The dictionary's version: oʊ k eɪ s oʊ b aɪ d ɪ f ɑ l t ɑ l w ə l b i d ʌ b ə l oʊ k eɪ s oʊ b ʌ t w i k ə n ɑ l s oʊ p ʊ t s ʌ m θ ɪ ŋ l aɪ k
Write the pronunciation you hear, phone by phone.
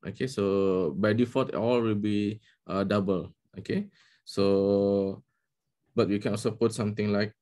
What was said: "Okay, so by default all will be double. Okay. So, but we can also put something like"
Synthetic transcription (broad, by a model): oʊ k eɪ s oʊ b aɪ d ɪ f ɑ t ɑ l w ə l b i d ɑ b ə l oʊ k eɪ s oʊ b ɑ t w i k ə n ɑ l s oʊ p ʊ t s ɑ m t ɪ ŋ l aɪ k